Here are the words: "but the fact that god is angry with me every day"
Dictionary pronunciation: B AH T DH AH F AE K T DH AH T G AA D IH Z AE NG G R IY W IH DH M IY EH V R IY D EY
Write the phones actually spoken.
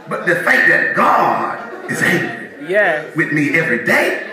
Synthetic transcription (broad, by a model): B AH T DH AH F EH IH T DH AH T G AA D IH Z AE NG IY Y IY W IH DH M IY EH V R IY D EY